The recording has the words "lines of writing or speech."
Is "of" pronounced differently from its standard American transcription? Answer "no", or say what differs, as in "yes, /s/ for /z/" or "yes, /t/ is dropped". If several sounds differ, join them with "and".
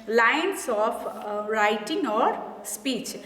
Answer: yes, /p/ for /v/